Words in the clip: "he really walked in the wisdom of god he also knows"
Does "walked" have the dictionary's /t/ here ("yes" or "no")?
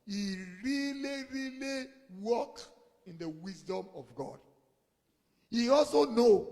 no